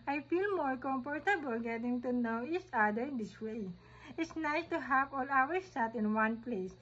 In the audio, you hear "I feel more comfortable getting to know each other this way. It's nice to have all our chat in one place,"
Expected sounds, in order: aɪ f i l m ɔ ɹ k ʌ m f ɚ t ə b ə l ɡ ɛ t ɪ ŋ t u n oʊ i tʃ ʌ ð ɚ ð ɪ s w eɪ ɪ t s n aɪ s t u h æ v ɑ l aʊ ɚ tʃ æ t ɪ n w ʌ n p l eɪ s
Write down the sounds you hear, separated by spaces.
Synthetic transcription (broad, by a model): aɪ f i l m ɔ ɹ k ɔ m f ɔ t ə b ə l ɡ ɛ t ɪ ŋ t u n oʊ i tʃ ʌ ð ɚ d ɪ s w eɪ ɪ t s n aɪ s t u h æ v ɑ l aʊ ɚ s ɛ t ɪ n w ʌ n p l eɪ s